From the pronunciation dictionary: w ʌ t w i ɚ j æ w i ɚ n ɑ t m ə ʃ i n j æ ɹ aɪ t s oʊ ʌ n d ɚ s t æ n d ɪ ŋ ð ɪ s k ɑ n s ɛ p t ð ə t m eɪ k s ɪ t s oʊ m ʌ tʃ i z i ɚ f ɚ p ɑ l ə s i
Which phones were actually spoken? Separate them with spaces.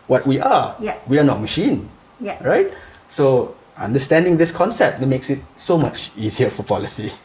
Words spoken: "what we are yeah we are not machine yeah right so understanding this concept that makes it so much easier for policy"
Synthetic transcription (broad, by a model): w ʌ t w i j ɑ w i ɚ n ɑ t m ə ʃ i n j ɹ aɪ t s oʊ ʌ n d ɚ s t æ n d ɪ ŋ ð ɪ s k ɑ n s ɛ p t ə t m eɪ k s ɪ t s oʊ m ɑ tʃ i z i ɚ f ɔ p ɑ l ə s i